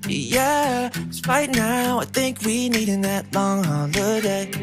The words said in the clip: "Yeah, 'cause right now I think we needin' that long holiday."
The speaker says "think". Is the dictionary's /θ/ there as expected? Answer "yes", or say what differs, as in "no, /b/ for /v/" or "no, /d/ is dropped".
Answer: yes